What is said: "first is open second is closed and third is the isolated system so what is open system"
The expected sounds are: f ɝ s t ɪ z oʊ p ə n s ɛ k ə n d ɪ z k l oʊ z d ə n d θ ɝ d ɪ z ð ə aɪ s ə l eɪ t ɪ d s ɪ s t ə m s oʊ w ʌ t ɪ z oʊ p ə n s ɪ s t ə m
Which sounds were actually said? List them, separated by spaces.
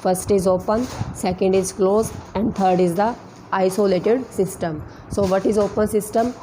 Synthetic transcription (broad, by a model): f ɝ s t ɪ z oʊ p ə n s ɛ k ə n d ɪ z k l oʊ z ə n d t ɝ d ɪ z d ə aɪ s ə l eɪ t ɪ d s ɪ s t ə m s oʊ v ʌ t ɪ z oʊ p ə n s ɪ s t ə m